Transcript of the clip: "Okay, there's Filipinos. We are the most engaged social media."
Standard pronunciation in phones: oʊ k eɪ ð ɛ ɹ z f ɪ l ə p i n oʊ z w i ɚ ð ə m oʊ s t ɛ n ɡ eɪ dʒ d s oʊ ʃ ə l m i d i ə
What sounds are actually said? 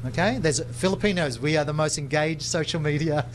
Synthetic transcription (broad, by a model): oʊ k eɪ ð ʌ ɹ z f ɪ l ə p i n oʊ z w i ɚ ð ə m oʊ s t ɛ n ɡ eɪ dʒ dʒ s oʊ ʃ l m i d i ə